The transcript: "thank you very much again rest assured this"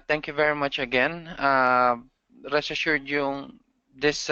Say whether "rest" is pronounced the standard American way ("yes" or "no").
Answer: no